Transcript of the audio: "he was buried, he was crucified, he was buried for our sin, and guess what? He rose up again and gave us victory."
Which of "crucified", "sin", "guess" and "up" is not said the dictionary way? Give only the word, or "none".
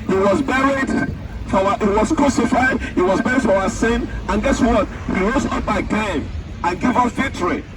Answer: up